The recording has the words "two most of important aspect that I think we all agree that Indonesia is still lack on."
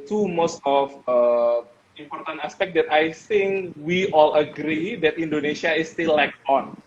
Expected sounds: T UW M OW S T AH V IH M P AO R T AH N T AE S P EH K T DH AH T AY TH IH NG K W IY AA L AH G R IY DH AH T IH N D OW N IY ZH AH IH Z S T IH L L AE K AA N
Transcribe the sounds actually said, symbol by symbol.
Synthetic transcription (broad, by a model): T UW M OW S T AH F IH M P AO R T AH N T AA S P EH K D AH T AY TH IH NG K W IY AA L AH G R IY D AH T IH N D OW N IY SH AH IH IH S T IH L L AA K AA N